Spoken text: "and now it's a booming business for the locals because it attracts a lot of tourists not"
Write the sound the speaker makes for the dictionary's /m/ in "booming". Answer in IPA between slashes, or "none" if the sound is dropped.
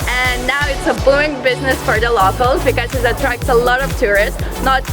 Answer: none